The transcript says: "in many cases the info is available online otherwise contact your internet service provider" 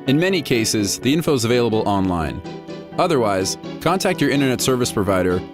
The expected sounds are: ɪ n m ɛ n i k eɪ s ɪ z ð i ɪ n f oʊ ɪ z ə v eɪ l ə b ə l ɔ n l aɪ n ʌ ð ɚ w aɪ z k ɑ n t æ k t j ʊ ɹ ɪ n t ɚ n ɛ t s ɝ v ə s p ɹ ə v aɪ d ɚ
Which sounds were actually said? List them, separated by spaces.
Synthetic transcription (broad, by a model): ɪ n m ɛ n i k eɪ s ɪ z ð i ɪ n f oʊ ɪ z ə v eɪ l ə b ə l ɔ n l aɪ n ʌ ð ɚ w aɪ z k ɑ n t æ k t j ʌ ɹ ɪ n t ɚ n ɛ t s ɝ v ə s p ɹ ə v aɪ d ɚ